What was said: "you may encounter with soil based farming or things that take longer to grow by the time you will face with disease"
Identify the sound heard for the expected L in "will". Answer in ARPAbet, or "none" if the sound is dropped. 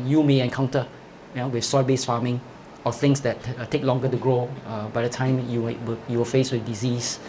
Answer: W